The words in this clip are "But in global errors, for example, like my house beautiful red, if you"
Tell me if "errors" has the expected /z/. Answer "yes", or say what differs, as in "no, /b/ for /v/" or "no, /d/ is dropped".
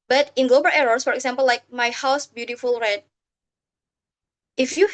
no, /s/ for /z/